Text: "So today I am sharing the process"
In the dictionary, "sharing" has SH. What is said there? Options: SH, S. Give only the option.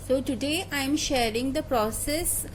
SH